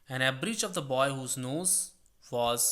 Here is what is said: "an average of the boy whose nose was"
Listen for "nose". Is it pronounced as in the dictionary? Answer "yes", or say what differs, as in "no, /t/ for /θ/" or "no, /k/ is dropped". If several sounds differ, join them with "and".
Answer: yes